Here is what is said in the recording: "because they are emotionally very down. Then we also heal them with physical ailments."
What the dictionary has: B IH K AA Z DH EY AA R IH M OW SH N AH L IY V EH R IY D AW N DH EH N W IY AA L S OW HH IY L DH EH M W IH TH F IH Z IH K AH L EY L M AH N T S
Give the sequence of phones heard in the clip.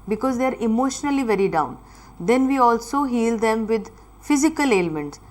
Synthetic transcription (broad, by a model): B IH K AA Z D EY AA R IH M OW SH N AH L IY V EH R IY D AW N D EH N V IY AA L S OW HH IY L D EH M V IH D F IH Z IH K AH L EY L M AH N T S